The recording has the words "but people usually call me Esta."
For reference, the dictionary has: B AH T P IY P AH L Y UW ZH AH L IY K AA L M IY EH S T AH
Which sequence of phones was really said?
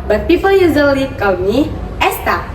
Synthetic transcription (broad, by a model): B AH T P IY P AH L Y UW Z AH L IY K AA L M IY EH S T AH